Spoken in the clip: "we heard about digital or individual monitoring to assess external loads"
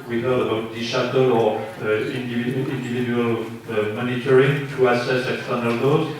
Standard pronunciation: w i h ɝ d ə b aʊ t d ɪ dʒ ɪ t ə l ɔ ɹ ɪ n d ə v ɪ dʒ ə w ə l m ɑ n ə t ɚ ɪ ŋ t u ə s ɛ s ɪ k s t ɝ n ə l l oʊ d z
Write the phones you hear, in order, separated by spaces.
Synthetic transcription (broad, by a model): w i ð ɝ ə b aʊ t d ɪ ʃ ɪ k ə l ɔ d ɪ n d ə v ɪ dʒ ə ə l m ɑ n ə t ɚ ɪ ŋ t u ə s ɛ s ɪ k s t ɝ n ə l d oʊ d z